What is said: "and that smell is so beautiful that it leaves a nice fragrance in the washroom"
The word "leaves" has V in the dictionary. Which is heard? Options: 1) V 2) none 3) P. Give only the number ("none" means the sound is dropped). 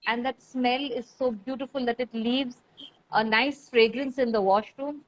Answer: 1